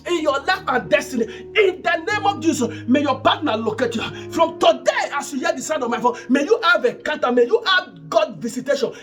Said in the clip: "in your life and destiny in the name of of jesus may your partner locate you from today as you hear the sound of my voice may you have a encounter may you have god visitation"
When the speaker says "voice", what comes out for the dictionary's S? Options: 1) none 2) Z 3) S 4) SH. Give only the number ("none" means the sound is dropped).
1